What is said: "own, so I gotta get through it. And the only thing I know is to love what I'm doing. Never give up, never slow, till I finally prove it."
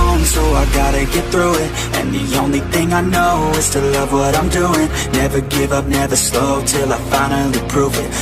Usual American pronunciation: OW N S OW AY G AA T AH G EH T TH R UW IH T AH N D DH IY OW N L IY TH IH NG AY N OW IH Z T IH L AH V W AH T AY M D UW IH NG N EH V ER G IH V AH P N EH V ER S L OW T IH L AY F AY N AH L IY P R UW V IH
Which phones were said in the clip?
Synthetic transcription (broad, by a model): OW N S OW AY G AA T AH G EH T TH R UW IH T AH N DH IY OW N L IY TH IH NG AY N OW IH Z T IH L AH V W AH T AY M D UW IH NG N EH V ER G IH V AH P N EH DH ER S L OW T IH L AY F AY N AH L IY P R UW V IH